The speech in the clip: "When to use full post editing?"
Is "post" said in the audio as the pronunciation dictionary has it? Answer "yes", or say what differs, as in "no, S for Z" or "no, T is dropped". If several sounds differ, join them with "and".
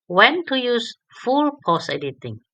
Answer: no, T is dropped